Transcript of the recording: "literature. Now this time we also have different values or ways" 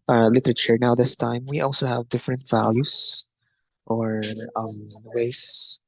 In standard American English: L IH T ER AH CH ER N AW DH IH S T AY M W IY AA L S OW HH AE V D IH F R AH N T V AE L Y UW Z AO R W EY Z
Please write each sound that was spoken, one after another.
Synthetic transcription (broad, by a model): L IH T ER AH CH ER N AW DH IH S T AY M W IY AA L S OW HH AE V D IH F R AH N T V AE L Y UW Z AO R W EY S